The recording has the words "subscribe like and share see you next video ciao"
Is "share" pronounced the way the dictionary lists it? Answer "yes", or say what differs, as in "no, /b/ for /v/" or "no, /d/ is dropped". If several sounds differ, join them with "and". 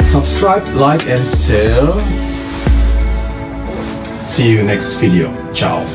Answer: no, /l/ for /ɹ/